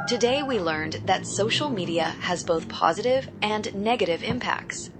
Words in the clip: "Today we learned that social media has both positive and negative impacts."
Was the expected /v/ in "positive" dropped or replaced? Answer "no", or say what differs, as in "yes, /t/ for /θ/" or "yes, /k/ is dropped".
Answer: no